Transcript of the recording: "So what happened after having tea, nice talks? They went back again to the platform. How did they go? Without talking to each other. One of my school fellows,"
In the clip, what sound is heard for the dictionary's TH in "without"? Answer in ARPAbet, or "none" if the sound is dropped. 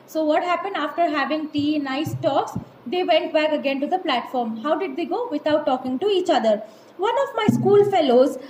T